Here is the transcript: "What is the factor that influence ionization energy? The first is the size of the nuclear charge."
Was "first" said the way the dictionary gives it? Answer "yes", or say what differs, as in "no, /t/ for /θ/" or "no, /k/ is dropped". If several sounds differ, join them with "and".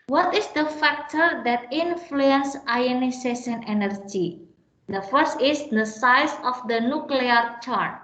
yes